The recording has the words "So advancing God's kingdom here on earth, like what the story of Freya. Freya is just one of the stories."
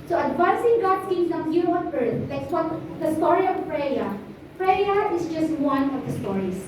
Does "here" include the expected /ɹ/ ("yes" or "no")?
no